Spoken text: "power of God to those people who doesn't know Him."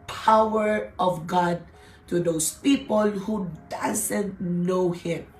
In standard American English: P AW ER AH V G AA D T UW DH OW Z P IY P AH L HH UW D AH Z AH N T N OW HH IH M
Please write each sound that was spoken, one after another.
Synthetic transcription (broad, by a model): P AW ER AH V G AA D T UW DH OW S P IY P AH L HH UW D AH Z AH N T N OW HH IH M